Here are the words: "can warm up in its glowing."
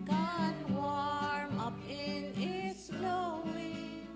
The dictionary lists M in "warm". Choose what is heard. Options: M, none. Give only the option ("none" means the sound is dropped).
M